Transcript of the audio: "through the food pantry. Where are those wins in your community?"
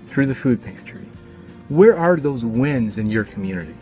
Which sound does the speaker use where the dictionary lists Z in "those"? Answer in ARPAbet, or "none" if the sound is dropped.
Z